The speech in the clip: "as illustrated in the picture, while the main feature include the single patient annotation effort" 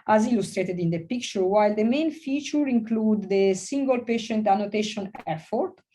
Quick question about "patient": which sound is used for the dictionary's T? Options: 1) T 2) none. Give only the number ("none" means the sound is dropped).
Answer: 1